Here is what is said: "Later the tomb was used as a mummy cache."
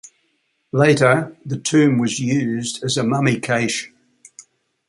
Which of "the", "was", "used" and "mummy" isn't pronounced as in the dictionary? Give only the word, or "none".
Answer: none